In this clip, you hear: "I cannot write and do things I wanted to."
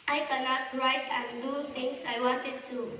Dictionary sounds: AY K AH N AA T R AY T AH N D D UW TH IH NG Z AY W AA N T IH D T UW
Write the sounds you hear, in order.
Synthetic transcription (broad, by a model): AY K AH N AA T R AY T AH N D D UW T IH NG S AY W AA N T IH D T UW